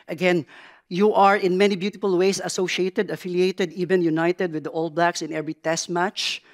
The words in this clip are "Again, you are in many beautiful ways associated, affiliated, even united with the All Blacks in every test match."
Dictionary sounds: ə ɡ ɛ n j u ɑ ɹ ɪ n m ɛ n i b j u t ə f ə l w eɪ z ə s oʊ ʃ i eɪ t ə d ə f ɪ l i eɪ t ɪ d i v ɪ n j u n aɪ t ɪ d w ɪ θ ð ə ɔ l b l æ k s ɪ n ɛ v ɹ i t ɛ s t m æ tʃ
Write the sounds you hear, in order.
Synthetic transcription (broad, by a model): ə ɡ ɛ n j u ɑ ɹ ɪ n m ɛ n i b j u t ə f ə l w eɪ s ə s oʊ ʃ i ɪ t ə d ə f ɪ l i eɪ t ɪ d i v ɪ n j u n aɪ t ɪ d w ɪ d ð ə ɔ l b l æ k s ɪ n ɛ v ɹ i t ɛ s t m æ tʃ